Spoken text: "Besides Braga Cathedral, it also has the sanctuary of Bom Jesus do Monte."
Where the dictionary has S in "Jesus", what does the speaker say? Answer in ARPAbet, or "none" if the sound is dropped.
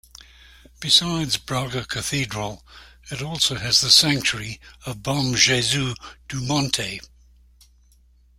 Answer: none